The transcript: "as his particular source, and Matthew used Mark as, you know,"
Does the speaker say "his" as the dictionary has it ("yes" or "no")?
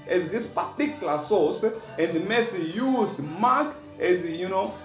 no